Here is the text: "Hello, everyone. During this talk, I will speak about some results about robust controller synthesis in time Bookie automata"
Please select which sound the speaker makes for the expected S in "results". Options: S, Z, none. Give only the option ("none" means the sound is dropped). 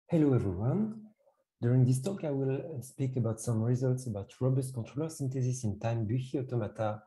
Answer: S